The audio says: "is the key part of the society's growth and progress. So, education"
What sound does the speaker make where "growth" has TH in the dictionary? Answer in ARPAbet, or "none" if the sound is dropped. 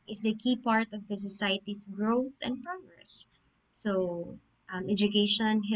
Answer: TH